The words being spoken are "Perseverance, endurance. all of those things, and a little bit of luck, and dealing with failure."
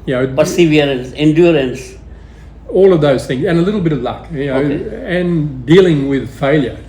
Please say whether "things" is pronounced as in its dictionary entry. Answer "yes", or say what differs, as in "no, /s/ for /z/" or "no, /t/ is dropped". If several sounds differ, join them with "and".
yes